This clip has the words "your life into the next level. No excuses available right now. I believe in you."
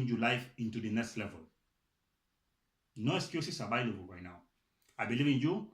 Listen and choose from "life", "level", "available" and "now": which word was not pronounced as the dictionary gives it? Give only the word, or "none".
available